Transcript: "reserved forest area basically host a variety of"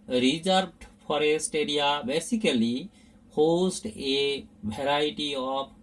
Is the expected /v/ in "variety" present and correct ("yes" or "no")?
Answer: no